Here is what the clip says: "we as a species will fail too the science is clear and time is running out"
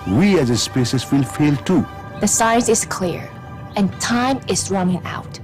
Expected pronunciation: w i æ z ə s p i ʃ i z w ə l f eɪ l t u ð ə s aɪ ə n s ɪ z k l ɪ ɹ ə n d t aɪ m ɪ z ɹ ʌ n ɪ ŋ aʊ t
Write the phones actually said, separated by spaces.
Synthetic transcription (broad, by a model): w i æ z ə s p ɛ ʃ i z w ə l f eɪ l t u ð ə s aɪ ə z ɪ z k l ɪ ɹ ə n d t aɪ m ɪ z ɹ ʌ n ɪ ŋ aʊ t